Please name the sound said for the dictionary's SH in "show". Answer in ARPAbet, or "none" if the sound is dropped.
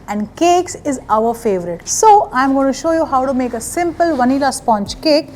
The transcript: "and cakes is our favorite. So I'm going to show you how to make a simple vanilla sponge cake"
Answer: SH